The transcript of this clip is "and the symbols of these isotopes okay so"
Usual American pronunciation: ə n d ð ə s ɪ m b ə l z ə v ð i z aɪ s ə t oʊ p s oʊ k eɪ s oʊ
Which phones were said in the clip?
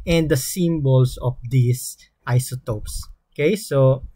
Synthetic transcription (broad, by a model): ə n d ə s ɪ m b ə l s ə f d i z aɪ s ə t oʊ p s oʊ k eɪ s oʊ